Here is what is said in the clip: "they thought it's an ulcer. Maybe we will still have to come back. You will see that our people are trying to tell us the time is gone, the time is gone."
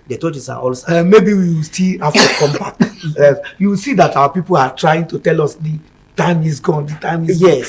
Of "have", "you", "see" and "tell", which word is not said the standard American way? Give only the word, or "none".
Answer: have